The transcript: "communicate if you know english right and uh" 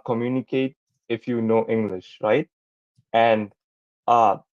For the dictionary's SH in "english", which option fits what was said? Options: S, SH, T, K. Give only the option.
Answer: SH